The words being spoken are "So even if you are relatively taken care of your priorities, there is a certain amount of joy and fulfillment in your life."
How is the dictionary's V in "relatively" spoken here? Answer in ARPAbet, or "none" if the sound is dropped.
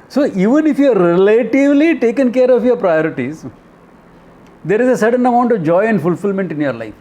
V